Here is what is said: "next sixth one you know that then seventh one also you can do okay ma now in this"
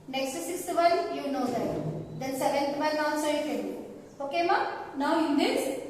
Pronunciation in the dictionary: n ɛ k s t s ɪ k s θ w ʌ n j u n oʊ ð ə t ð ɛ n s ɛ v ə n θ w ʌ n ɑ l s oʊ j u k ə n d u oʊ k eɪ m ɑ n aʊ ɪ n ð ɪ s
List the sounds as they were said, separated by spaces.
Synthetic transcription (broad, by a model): n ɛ k s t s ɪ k s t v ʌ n j u n oʊ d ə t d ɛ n s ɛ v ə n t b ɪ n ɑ n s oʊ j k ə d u oʊ k eɪ m ɑ n aʊ ɪ n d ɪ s